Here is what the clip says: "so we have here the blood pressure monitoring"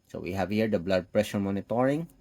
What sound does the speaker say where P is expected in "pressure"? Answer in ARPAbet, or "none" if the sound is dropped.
P